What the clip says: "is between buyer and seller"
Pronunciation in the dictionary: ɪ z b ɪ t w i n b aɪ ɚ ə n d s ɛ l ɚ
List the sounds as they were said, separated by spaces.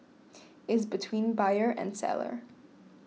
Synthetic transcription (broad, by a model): ɪ z b ɪ t w i n b aɪ ɚ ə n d s ɛ l ɚ